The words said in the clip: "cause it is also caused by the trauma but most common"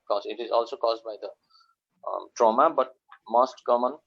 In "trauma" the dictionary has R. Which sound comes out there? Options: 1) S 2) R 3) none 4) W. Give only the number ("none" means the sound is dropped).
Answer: 2